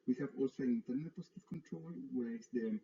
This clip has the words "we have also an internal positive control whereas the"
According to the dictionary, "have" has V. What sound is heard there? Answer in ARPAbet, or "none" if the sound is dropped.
V